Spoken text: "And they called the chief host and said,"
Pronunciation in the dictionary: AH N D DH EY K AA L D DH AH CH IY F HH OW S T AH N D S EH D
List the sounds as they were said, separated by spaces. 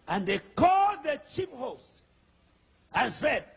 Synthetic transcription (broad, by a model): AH N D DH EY K AA L D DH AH CH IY P HH OW S T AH N S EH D